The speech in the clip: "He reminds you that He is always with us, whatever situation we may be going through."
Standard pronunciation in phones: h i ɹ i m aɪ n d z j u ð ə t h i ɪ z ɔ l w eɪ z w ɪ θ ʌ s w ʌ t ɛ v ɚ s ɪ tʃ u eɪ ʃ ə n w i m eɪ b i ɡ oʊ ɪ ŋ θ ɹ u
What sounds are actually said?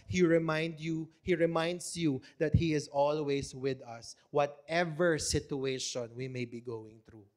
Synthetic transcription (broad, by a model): h i ɹ i m aɪ n d s j u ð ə t h i ɪ z ɔ l w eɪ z w ɪ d ʌ s w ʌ t ɛ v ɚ s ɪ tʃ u eɪ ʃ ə n w i m eɪ b i ɡ oʊ ɪ ŋ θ ɹ u